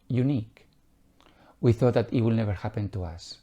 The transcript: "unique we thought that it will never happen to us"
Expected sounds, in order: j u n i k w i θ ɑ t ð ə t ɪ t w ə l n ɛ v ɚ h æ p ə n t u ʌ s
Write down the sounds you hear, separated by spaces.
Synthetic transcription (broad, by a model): j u n i k w i θ ɑ t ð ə t ɪ t w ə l n ɛ v ɚ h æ p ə n t u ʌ s